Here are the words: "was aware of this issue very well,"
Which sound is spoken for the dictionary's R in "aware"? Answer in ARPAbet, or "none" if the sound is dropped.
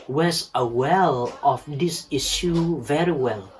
L